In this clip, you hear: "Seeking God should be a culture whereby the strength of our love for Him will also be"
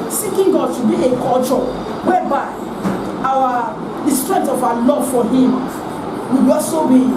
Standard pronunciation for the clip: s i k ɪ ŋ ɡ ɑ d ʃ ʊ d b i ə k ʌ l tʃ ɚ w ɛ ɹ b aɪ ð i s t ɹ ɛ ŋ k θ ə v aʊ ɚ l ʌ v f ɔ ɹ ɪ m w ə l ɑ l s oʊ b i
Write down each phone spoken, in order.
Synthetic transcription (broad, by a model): s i k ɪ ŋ ɡ ɑ d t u b i ə k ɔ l tʃ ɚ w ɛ b aɪ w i s t ɹ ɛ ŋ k t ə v aʊ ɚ l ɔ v f ɔ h ɪ m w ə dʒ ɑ s oʊ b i